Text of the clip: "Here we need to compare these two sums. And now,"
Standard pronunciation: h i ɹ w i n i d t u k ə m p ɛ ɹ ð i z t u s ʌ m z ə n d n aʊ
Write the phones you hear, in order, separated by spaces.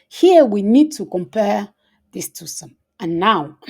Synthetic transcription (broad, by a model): h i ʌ w i n i d t u k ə m p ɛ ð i s t u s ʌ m ə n n aʊ